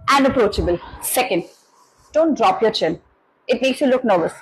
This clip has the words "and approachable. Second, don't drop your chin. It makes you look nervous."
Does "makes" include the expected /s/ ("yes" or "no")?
yes